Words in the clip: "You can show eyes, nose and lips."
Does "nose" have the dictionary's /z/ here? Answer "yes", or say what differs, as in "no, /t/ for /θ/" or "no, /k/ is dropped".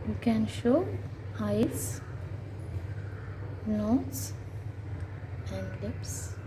no, /s/ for /z/